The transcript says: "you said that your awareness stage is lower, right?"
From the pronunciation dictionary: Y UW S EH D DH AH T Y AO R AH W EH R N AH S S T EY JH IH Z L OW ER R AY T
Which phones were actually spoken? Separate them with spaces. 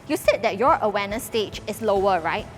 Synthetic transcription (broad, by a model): Y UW S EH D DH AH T Y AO R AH W EH N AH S S T EY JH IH S L OW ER R AY T